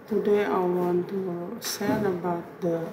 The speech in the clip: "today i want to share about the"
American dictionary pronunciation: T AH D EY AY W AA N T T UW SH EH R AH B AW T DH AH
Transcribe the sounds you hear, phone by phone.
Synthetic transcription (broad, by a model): T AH D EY AY W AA N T T UW S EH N AH B AW T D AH